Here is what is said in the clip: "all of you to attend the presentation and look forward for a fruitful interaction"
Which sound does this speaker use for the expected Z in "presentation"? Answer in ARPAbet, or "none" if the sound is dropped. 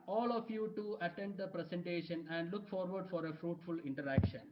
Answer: S